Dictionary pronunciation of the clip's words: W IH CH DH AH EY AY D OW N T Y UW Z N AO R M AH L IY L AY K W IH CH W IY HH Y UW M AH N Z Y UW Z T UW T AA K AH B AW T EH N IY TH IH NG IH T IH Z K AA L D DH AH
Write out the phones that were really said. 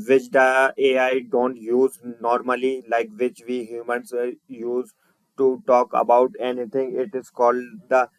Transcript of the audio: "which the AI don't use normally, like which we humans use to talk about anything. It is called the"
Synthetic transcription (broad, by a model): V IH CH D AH EY AY D OW N T Y UW Z N AO R M AH L IY L AY K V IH CH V IY HH Y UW M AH N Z Y UW Z T UW T AA K AH B AW T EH N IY T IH NG IH T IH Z K AA L D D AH